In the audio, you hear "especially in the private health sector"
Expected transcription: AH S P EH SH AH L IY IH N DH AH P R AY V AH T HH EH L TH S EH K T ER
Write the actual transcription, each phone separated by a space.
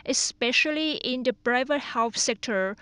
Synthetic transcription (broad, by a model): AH S P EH SH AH L IY IH N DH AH B R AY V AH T HH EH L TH S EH K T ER